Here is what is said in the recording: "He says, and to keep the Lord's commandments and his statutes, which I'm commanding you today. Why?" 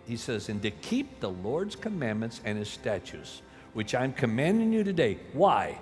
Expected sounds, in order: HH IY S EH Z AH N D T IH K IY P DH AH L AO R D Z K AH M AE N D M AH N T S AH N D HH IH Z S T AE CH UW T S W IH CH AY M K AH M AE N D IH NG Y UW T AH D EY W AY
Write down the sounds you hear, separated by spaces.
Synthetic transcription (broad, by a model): HH IY S EH Z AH N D T IH K IY P DH AH L AO R D Z K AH M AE N M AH N T S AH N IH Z S T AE CH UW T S W IH CH AY M K AH M AE N D IH NG Y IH T AH D EY W AY